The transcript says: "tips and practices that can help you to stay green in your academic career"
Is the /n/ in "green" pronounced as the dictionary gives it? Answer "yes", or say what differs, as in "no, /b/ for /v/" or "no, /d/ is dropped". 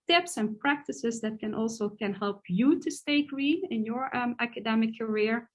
no, /n/ is dropped